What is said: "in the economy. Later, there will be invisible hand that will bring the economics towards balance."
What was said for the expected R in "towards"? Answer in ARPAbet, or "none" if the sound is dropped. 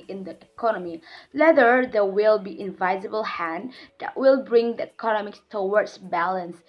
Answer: W